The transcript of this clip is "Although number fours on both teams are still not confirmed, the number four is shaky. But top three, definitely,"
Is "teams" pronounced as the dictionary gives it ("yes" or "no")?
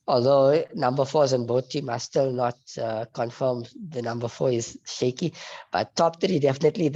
no